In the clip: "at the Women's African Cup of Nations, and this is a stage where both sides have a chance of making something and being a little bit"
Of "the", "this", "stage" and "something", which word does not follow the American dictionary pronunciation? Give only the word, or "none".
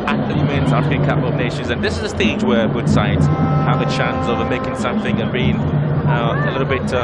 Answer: none